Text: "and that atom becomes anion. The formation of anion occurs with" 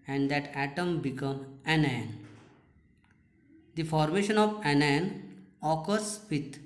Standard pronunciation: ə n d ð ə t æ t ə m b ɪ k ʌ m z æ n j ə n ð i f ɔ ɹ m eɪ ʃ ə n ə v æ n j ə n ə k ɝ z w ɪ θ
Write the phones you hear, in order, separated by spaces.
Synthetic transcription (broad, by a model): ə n d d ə t æ t ə m b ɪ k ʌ m æ n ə n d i f ɔ ɹ m eɪ ʃ ə n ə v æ n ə n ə k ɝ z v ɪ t